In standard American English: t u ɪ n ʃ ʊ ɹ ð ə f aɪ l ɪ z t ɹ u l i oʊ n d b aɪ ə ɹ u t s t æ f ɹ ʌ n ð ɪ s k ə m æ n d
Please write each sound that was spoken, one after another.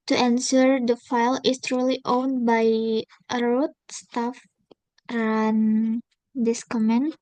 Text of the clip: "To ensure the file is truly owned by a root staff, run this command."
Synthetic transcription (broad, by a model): t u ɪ n s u ɹ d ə f aɪ l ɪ s t ɹ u l i oʊ n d b aɪ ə ɹ u t s t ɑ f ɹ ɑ n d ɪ s k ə m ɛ n